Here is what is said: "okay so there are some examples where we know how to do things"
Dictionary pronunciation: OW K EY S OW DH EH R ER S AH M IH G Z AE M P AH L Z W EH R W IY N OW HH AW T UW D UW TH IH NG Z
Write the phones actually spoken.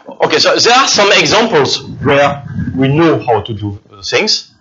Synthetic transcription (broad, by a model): OW K EY S OW DH EH R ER S AH M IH G Z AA M P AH L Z W EH R W IY N OW HH AW T UW D UW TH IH NG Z